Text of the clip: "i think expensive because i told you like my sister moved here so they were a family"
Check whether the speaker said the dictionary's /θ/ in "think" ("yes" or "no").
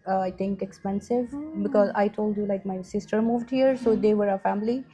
no